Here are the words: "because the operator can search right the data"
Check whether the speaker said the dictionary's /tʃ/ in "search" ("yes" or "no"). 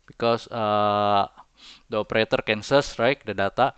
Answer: no